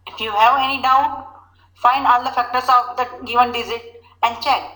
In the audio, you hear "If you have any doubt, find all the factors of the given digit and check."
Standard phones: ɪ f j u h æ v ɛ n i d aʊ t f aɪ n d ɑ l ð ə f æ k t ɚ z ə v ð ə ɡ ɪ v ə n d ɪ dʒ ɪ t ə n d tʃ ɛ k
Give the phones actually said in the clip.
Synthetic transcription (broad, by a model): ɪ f j u h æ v ɛ n i d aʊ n f aɪ n d ɑ l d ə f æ k t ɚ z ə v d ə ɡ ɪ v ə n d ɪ z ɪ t ə n d tʃ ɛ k